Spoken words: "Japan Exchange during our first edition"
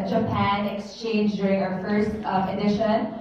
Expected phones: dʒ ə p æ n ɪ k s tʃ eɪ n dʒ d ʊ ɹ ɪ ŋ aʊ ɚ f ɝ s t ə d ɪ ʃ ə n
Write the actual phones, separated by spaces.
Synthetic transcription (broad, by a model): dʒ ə p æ n ɪ k s tʃ eɪ n dʒ d ʊ ɹ ɪ ŋ aʊ ɚ f ɝ s t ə d ɪ ʃ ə n